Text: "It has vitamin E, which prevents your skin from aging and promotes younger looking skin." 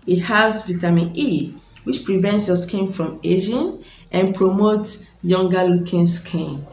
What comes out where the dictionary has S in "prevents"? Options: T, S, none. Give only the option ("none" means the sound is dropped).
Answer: S